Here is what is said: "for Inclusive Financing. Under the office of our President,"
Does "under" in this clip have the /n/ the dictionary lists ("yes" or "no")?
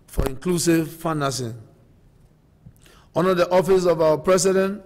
no